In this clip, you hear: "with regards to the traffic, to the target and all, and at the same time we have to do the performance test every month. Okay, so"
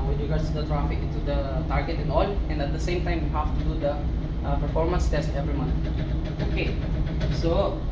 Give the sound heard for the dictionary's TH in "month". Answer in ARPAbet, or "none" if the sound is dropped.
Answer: T